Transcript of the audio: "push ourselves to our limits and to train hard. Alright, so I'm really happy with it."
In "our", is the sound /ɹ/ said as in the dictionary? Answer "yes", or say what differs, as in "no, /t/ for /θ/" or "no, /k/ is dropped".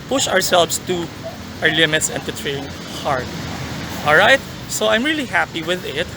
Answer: yes